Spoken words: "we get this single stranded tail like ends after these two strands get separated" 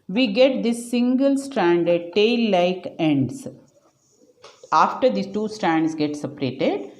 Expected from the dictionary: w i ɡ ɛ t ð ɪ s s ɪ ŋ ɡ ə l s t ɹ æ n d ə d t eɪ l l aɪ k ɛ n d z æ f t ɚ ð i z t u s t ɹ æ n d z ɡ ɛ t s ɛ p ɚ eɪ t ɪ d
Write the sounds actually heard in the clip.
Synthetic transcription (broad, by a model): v i ɡ ɛ t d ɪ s s ɪ ŋ ɡ ə l s t ɹ æ n d ə d t eɪ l l aɪ k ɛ n d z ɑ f t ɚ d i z t u s t ɹ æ n d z ɡ ɛ t s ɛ p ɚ eɪ t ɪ d